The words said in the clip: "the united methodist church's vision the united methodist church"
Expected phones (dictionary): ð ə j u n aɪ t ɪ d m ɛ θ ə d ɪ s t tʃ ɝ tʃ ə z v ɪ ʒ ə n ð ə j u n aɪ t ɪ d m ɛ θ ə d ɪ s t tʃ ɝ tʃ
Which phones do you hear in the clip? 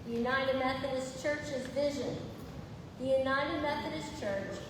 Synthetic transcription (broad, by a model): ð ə j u n aɪ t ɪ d m ɛ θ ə d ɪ s tʃ ɝ tʃ ə z v ɪ ʒ ə n ð ə j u n aɪ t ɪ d m ɛ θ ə d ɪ s tʃ ɝ tʃ